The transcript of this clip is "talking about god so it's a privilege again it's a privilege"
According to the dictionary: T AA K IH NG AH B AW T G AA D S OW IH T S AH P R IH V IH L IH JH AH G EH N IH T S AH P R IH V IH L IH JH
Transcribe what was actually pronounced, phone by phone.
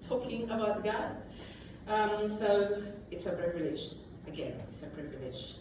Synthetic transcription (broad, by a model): T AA K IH NG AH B AW T G AA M S OW IH T S AH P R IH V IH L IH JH AH G EH N IH T S AH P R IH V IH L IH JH